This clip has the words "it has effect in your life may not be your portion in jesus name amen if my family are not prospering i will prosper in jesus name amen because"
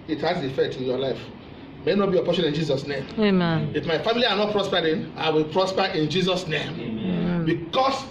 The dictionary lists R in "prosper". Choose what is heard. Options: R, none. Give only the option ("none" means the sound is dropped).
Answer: R